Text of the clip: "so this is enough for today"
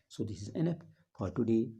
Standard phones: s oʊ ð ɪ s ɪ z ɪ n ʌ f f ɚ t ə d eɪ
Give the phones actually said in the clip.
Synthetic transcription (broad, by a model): s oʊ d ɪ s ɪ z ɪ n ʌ p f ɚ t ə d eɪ